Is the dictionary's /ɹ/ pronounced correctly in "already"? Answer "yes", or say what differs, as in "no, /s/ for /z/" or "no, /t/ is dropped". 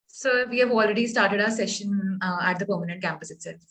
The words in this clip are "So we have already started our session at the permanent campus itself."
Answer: yes